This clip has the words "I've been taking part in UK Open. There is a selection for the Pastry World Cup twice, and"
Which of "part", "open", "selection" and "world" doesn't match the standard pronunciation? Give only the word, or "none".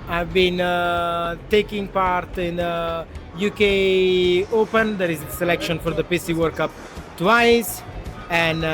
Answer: world